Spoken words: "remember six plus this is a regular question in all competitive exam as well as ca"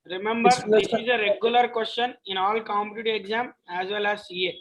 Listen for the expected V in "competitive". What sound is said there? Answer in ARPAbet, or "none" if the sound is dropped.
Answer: none